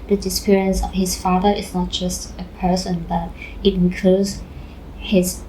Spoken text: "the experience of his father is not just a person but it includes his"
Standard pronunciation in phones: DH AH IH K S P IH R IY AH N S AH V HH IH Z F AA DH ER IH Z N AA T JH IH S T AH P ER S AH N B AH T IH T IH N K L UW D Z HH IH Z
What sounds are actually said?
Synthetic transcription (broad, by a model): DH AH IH S P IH R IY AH N S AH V HH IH S F AA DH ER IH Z N AA T JH IH S T AH P ER S AH N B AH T IH T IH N K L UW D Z HH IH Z